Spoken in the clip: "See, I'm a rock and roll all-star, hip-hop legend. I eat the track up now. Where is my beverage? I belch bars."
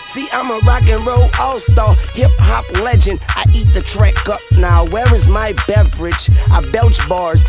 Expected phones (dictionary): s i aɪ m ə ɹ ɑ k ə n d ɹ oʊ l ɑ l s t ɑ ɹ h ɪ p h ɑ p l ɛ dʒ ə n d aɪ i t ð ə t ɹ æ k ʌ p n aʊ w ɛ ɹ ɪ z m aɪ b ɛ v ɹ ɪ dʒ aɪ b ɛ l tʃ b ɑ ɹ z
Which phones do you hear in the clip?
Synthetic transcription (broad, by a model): s i aɪ m ə ɹ ɑ k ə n ɹ oʊ ɑ l s t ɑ h ɪ p h ɑ p l ɛ dʒ ə n d aɪ i t ð ə t ɹ æ k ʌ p n aʊ w ɛ ɹ ɪ z m aɪ b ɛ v ɹ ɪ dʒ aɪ b ɛ l tʃ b ɑ ɹ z